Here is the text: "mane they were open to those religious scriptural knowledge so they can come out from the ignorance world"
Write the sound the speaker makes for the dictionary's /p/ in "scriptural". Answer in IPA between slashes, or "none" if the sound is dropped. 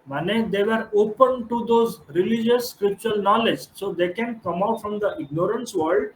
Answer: none